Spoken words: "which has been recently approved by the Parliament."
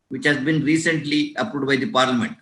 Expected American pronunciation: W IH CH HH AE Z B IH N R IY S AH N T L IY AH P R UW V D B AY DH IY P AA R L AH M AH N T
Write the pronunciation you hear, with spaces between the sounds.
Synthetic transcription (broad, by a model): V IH CH HH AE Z B IH N R IY S AH N T L IY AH P R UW D B AY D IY P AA R L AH M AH N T